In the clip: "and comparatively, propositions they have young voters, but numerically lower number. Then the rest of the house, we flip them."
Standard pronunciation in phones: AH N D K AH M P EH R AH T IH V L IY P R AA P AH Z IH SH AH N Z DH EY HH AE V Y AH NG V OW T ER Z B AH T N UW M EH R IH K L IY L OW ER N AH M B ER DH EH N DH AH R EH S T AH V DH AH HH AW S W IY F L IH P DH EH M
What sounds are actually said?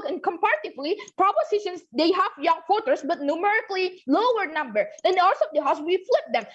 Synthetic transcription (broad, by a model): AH N K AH M P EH R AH T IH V L IY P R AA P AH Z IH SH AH N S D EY HH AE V Y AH NG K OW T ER S B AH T N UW M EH R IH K L IY L OW ER N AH M B ER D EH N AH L S AH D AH HH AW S W IY F L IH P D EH M